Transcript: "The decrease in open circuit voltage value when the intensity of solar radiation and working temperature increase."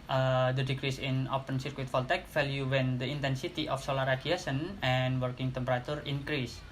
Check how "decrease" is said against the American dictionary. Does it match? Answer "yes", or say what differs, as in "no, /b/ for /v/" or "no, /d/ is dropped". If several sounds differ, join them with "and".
yes